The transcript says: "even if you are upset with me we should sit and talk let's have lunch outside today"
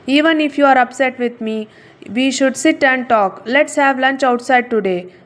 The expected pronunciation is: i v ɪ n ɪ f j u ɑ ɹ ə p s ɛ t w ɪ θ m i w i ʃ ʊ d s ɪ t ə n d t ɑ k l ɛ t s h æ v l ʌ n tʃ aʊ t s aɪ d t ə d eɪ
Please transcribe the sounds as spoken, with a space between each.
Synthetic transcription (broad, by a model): i v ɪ n ɪ f j u ɑ ɹ ə p s ɛ t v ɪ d m i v i ʃ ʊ d s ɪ t ə n d t ɑ k l ɛ t s h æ v l ʌ n tʃ aʊ t s aɪ d t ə d eɪ